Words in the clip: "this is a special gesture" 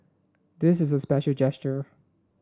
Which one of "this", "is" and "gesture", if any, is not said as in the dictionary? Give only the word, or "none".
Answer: none